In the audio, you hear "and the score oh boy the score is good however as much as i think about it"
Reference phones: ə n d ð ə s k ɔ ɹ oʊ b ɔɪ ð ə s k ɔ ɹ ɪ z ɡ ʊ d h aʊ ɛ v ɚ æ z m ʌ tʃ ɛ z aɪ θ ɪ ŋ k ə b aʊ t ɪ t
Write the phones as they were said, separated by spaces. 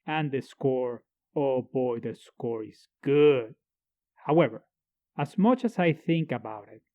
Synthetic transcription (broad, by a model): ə n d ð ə s k ɔ ɹ oʊ b ɔɪ ð ə s k ɔ ɹ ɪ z ɡ ʊ d h aʊ ɛ v ɚ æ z m ʌ tʃ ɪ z aɪ θ ɪ ŋ k ə b aʊ t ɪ t